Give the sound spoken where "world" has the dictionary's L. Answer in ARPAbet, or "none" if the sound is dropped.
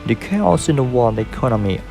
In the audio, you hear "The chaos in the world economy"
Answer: none